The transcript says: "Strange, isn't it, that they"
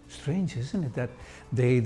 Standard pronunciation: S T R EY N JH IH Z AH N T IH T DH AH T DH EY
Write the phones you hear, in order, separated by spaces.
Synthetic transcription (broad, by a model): S T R EY N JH IH Z AH N T IH T DH AH T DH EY